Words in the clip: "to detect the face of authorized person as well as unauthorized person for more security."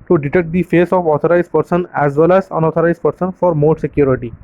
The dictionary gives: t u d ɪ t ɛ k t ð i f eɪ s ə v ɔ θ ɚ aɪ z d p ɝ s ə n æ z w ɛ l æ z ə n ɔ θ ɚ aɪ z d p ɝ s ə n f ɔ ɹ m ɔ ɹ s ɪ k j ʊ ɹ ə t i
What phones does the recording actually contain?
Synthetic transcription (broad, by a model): t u d ɪ t ɛ k t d i f eɪ s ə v ɔ t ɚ aɪ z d p ɝ s ə n æ z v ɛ l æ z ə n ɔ t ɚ aɪ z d p ɝ s ə n f ɔ ɹ m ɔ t s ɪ k j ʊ ɹ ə t i